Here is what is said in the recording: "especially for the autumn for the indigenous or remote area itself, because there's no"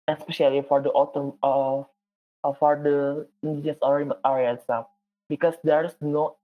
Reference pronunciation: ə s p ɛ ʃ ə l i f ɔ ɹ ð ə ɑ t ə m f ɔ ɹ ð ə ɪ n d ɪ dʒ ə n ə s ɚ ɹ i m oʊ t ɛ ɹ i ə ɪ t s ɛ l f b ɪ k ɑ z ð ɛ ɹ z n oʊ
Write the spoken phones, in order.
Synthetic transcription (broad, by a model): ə s p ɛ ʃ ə l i f ɔ ɹ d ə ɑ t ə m f ɔ ɹ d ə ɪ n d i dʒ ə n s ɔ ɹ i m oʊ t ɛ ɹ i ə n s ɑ f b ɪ k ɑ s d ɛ ɹ s n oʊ